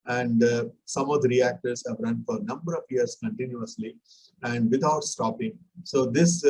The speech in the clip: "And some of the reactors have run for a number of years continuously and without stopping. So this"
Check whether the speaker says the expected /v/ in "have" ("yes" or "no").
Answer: yes